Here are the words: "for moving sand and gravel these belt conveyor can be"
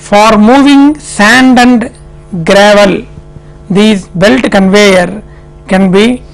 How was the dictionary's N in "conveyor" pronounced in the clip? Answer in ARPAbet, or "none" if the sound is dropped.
N